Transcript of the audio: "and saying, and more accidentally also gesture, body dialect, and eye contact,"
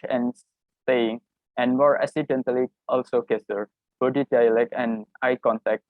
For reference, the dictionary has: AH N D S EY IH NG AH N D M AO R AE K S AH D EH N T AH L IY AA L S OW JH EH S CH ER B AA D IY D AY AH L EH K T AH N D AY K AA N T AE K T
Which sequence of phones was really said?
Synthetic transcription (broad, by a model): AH N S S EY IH NG AH N D M AO R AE S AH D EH N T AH L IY AA L S OW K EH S ER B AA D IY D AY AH L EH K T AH N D AY K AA N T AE K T